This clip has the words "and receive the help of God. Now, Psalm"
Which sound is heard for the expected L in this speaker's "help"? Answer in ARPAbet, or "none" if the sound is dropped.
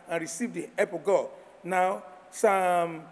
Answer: none